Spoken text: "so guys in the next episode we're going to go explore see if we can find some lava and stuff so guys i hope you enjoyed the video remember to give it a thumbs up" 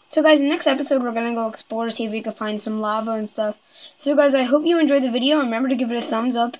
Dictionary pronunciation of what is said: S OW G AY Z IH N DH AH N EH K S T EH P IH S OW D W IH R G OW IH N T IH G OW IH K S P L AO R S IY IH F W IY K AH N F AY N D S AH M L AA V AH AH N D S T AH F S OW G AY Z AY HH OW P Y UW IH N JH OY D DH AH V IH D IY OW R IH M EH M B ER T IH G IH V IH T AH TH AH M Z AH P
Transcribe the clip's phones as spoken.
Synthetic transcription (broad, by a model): S OW G AY Z DH AH N EH K S T EH P IH S OW D W IH R G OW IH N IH G OW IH K S P L AO R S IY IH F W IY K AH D F AY N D S AH M L AA V AH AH N S T AH F S OW G AY Z AY HH OW P Y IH IH N JH OY D DH AH V IH D IY OW R IH M EH M B ER T IH G IH V IH T AH S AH M Z AH P